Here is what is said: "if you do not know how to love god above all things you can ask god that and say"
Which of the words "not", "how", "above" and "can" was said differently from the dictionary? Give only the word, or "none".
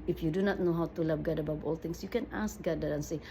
above